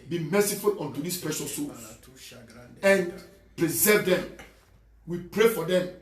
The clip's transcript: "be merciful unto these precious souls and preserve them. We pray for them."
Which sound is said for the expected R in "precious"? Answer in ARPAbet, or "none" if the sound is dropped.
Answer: none